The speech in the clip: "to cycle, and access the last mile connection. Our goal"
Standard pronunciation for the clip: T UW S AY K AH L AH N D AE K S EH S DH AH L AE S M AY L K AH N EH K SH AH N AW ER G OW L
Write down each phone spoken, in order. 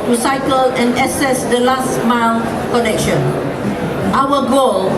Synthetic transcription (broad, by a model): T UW S AY K AH L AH N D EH S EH S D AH L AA S M AY L K AH N EH K SH AH N AW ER G OW L